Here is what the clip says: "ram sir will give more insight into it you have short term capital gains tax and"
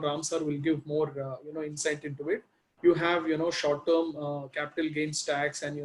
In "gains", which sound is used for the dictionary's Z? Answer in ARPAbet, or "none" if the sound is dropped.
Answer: S